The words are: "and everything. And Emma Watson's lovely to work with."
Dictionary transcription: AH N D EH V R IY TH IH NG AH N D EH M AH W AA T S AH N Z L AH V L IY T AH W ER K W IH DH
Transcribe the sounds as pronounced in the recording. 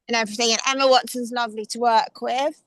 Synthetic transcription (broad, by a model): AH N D EH V R IY TH IH NG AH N EH M AH W AA T S AH N Z L AH V L IY T AH W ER K W IH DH